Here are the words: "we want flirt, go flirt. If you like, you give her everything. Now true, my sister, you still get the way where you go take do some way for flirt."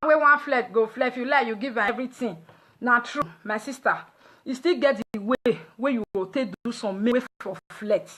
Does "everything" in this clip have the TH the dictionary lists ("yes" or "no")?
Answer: no